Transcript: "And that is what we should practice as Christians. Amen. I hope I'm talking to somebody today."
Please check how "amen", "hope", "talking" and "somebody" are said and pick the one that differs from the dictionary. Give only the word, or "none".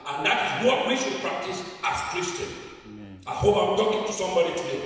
amen